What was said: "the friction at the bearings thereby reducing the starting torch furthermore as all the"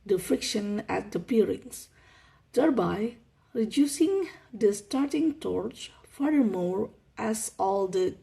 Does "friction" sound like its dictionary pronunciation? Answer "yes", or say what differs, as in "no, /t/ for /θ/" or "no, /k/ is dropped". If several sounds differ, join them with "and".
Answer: yes